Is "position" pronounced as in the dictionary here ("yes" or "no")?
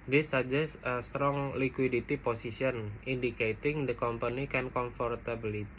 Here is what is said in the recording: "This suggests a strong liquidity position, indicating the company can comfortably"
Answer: no